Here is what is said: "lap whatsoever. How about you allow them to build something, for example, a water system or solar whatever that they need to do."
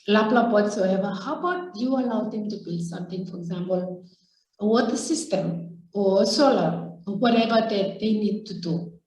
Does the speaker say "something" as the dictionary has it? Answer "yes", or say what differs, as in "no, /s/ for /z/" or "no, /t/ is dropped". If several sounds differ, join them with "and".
no, /t/ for /θ/